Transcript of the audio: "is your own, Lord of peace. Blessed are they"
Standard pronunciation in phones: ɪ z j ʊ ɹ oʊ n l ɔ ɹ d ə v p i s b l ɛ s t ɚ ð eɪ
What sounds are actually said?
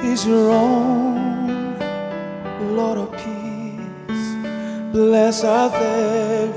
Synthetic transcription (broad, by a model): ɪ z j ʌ ɹ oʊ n l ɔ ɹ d ə v p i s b l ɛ s ɚ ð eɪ